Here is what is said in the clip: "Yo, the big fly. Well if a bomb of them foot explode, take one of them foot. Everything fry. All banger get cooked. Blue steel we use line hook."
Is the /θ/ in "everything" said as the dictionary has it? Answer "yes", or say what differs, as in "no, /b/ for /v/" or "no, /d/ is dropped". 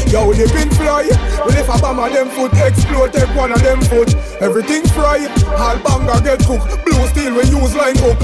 no, /t/ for /θ/